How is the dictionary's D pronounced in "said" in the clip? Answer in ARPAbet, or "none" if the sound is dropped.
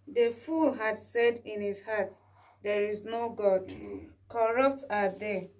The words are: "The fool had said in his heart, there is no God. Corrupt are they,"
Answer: D